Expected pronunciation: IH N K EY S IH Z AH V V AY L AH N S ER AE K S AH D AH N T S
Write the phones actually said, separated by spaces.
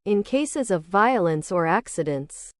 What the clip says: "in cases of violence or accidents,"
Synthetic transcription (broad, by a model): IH N K EY S IH Z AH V V AY L AH N S ER AE K S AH D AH N T S